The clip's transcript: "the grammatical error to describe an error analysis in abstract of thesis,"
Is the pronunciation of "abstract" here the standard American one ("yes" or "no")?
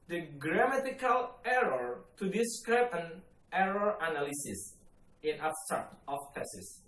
no